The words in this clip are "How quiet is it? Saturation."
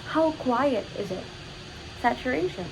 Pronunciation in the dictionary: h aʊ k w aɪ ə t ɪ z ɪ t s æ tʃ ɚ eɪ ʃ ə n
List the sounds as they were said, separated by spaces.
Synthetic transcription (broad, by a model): h aʊ k w aɪ ə t ɪ z ɪ t s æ tʃ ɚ eɪ ʃ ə n